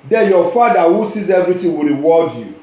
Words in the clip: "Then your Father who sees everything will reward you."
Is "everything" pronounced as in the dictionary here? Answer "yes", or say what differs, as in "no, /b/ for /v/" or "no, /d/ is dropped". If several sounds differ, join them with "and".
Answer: no, /t/ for /θ/